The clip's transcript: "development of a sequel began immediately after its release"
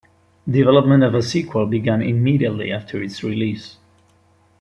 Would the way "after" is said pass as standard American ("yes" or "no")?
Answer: yes